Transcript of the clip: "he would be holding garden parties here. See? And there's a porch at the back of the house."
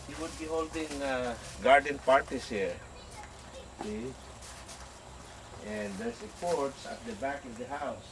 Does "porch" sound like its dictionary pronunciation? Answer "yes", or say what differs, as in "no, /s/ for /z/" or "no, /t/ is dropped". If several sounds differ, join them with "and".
no, /s/ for /tʃ/